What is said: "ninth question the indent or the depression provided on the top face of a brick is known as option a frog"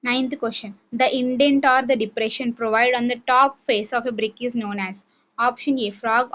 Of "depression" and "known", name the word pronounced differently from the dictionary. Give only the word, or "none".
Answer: none